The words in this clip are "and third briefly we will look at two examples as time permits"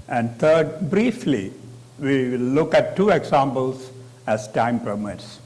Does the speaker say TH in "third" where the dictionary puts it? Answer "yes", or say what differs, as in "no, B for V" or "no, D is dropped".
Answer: no, T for TH